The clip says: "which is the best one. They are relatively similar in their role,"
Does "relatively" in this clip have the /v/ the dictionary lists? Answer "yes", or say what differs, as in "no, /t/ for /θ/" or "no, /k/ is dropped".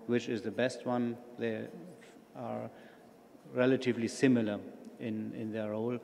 yes